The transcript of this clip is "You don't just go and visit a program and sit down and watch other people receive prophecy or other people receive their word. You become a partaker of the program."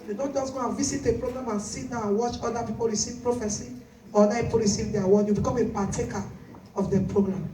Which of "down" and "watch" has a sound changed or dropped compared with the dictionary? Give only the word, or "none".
down